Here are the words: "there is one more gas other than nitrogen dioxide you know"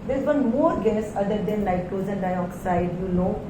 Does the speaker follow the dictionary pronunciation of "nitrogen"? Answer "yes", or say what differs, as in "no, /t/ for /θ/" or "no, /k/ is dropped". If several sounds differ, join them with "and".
no, /ɹ/ is dropped and /z/ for /dʒ/